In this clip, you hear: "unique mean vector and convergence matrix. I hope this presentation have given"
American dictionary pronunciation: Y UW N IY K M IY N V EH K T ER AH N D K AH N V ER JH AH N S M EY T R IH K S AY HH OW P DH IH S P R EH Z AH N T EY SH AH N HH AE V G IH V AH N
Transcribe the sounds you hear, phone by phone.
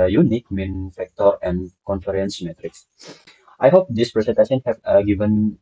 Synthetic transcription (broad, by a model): Y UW N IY K M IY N F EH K T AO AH N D K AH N F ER AH N S M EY T R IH K S AY HH OW P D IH S P R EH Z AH N T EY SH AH N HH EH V G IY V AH N